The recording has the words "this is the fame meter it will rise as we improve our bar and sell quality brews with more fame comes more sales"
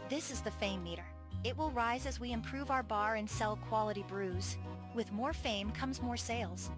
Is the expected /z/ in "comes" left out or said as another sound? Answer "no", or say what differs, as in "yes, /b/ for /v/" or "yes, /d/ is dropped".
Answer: no